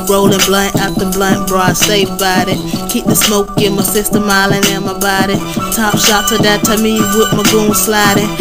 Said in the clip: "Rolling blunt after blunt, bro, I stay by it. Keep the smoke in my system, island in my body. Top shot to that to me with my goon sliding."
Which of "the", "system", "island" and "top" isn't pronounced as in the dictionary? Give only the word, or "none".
island